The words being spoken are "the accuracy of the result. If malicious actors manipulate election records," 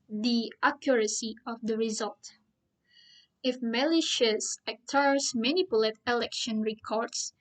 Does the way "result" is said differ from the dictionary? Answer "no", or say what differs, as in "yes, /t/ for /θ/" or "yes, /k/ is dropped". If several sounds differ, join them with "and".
no